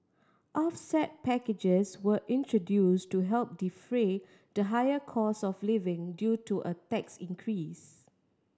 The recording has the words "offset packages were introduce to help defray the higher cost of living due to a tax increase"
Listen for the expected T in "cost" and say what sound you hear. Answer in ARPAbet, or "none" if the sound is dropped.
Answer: none